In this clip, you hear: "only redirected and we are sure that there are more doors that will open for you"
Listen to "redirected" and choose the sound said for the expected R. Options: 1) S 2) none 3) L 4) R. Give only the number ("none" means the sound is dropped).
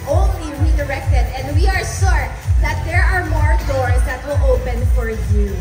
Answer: 4